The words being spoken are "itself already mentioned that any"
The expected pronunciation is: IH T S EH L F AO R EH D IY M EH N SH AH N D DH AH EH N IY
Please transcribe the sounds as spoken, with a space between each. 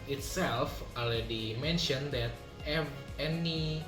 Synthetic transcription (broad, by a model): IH T S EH L F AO EH D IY M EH N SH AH N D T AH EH N IY